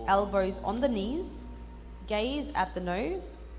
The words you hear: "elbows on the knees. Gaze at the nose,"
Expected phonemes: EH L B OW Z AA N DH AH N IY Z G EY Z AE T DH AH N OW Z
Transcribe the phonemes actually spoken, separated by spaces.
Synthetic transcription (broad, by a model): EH L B OW Z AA N DH AH N IY Z G EY Z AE T DH AH N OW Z